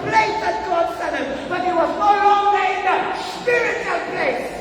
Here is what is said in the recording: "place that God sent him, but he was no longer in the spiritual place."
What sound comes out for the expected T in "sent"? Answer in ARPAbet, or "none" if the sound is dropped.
none